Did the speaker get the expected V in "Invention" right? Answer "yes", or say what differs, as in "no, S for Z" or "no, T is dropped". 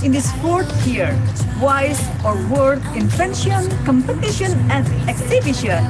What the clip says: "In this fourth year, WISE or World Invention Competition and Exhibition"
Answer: no, F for V